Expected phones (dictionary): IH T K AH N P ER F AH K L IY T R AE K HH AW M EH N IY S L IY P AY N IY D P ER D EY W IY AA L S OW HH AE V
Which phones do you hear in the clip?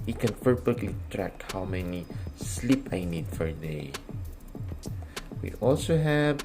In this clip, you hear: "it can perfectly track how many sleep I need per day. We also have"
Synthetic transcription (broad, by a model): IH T K AH N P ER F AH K L IY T R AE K HH AW M EH N IY S L IY P AY N IY D F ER D EY W IY AA L S OW HH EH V